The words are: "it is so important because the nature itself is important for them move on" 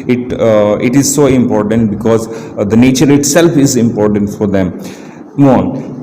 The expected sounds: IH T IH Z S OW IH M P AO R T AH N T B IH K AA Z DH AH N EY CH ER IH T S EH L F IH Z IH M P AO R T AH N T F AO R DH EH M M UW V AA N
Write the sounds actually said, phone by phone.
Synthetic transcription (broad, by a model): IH T IH Z S OW IH M P AO R T AH N T B IH K AA Z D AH N EY CH ER IH T S EH L F IH Z IH M P AO R T AH N T F AO R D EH M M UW AA N